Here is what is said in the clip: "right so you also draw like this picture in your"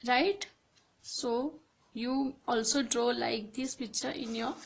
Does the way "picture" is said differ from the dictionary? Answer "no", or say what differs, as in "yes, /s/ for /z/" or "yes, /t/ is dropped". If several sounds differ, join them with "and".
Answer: yes, /b/ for /p/